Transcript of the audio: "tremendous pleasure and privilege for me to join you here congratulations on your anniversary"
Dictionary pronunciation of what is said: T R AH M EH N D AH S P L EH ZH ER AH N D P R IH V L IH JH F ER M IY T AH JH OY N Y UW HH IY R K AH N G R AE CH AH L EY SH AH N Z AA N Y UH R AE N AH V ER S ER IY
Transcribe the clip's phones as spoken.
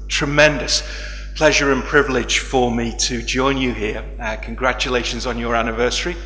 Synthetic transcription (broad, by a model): T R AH M EH N D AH S P L EH ZH ER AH N P R IH V L IH JH F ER M IY T AH JH OY N Y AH HH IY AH K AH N G R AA CH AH L EY SH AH N Z N Y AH R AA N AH V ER S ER IY